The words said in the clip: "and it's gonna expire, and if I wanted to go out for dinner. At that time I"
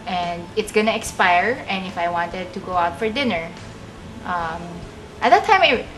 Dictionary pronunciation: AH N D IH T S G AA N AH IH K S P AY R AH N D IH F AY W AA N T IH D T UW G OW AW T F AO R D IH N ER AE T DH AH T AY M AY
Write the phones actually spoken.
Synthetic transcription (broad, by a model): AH N D IH T S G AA N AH IH K S P AY R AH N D IH F AY W AA N T IH D T UW G OW AW T F AO R D IH N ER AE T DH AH T AY M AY